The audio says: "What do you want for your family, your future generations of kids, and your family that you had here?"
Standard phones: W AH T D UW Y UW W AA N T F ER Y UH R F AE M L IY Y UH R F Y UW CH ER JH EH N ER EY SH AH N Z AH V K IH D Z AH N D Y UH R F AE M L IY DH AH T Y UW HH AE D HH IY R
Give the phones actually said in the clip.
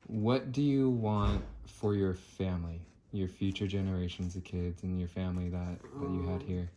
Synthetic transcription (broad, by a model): W AH T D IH Y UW W AA N T F ER Y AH R F AE M L IY Y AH R F Y UW CH ER JH EH N ER EY SH AH N Z AH V K IH D Z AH N Y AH R F AE M L IY DH AH T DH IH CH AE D HH IY R